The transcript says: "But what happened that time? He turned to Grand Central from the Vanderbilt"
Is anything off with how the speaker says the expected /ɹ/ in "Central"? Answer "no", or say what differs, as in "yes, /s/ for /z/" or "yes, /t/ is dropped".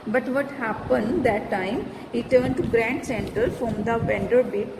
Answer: yes, /ɹ/ is dropped